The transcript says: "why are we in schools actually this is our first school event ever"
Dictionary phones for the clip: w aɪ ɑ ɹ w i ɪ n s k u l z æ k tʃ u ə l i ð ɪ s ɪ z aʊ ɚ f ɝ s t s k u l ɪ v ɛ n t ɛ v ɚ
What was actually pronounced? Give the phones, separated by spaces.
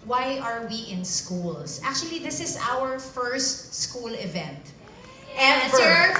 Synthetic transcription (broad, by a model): w aɪ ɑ ɹ w i ɪ n s k u l s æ k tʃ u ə l i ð ɪ s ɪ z aʊ ɚ f ɝ s t s k u l ɪ v ɛ n t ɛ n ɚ